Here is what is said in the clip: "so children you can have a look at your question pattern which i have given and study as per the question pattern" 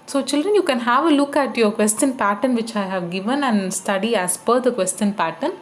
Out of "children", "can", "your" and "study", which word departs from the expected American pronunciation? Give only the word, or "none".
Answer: none